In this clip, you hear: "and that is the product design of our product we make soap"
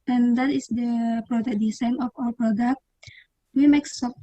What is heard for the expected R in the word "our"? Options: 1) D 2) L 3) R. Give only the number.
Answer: 2